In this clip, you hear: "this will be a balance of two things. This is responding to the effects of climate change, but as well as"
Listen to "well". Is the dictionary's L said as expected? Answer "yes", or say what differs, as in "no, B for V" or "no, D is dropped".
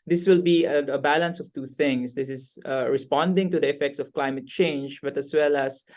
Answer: yes